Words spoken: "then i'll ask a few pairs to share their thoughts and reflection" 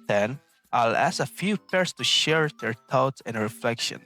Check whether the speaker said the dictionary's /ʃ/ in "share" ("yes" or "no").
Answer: yes